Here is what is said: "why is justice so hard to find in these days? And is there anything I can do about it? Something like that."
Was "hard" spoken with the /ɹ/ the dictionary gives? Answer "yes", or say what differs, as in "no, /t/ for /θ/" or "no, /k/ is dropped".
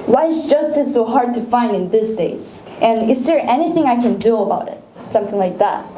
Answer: yes